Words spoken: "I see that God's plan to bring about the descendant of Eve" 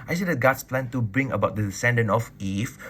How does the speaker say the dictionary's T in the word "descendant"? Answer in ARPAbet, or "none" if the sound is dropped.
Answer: none